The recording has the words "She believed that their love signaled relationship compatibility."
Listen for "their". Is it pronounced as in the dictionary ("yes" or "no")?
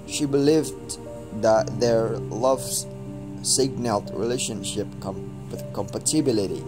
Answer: yes